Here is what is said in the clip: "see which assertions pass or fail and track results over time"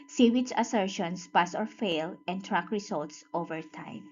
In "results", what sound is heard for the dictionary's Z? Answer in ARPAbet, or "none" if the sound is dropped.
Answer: S